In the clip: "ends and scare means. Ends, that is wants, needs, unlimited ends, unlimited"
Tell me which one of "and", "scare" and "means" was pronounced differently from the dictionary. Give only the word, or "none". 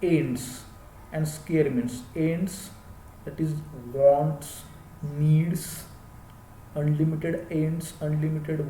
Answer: means